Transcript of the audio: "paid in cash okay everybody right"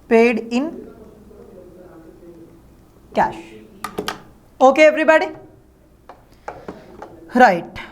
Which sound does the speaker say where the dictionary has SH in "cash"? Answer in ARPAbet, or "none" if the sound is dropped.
SH